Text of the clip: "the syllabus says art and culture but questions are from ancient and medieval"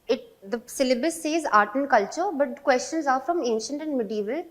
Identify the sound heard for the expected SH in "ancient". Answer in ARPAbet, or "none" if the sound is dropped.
SH